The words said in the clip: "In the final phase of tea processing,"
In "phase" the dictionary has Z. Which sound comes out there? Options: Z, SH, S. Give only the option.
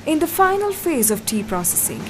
Z